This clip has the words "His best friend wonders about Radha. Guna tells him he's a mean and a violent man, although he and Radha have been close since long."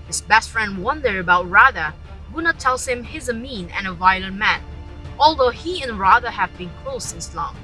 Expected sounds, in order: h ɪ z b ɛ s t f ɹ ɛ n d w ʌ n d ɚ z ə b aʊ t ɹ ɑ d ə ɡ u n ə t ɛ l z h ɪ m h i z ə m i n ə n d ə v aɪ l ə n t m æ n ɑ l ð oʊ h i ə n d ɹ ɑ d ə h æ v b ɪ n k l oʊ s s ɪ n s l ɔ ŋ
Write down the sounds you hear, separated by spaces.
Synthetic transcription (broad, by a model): h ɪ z b ɛ s t f ɹ ɛ n d w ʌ n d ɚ ə b aʊ t ɹ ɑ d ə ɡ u n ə t ɛ l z h ɪ m h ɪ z ə m i n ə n ə v aɪ l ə n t m æ n ɑ l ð oʊ h i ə n ɹ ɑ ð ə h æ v b ɪ n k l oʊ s s ɪ n s l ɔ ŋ